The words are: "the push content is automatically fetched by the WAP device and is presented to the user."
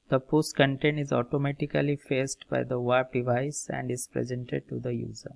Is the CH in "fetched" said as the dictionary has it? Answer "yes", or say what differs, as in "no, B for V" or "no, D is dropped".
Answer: no, S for CH